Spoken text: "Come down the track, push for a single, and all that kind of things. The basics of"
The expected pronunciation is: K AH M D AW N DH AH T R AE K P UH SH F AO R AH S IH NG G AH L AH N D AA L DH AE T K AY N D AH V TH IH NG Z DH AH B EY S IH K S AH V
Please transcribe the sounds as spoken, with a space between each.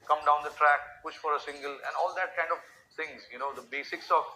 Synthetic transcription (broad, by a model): K AH M D AW N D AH T R AE K P UH SH F AO R AH S IH NG G AH L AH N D AA L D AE T K AY N D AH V T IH NG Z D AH B EY S IH K S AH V